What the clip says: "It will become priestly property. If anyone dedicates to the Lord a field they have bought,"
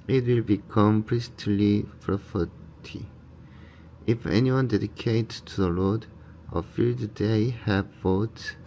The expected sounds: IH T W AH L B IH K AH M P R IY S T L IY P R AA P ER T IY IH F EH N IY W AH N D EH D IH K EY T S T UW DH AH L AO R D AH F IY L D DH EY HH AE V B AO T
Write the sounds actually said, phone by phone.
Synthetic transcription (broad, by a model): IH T W AH L B IH K AH M P R IY S T L IY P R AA F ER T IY IH F EH N IY W AH N D EH D IH K EY T S T UW DH AH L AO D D AH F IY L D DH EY HH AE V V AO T